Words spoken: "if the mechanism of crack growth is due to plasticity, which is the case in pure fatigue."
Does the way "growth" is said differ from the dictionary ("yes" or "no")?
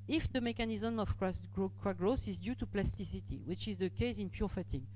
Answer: yes